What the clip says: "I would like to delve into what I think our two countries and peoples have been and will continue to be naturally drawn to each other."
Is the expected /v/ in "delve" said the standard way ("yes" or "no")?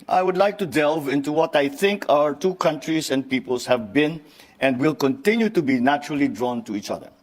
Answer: yes